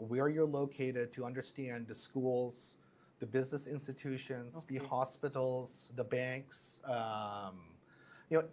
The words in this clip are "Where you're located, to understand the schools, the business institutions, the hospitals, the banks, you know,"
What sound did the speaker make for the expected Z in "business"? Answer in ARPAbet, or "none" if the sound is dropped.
Z